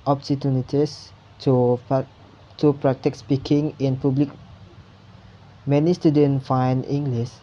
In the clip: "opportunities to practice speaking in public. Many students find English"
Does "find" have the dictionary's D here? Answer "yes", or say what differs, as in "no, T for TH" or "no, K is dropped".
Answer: no, D is dropped